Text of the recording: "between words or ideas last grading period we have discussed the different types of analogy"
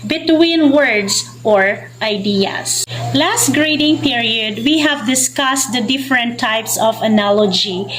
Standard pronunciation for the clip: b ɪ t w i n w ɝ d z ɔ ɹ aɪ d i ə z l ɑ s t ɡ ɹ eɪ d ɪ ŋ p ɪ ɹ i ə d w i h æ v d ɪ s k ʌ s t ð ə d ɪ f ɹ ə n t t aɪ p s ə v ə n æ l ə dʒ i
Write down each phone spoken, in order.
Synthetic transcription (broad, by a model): b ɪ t w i n w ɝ d s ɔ ɹ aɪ d i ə s l ɑ s t ɡ ɹ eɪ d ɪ ŋ p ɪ ɹ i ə d w i h æ v d ɪ s k ʌ s t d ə d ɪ f ɹ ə n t t aɪ p s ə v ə n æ l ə dʒ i